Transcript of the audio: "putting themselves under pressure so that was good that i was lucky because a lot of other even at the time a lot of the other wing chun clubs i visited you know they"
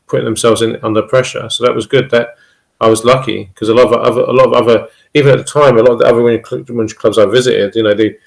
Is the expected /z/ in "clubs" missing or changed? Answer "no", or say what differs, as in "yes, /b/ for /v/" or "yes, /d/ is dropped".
no